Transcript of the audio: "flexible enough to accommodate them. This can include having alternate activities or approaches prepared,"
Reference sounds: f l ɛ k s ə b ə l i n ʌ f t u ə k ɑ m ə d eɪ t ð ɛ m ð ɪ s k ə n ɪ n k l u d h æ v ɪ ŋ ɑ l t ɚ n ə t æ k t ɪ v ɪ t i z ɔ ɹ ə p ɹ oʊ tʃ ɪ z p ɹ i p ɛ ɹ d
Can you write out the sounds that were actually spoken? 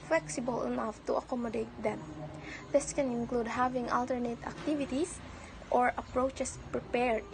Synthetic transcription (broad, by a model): f l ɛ k s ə b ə l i n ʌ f t u ə k ɑ m ə d eɪ t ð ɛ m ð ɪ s k ə n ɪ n k l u d h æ v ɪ ŋ ɑ l t ɚ n ə t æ k t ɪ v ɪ t i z ɔ ɹ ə p ɹ oʊ tʃ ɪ s p ɹ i p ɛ ɹ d